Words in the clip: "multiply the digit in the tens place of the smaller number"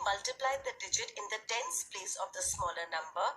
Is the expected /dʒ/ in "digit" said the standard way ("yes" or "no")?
yes